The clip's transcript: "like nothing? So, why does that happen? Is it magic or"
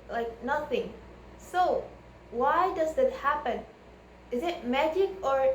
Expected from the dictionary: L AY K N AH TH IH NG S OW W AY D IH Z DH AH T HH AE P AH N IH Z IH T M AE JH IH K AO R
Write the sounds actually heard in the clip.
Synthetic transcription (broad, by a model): L AY K N AH TH IH NG S OW W AY D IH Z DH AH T HH AE P AH N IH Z IH T M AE JH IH K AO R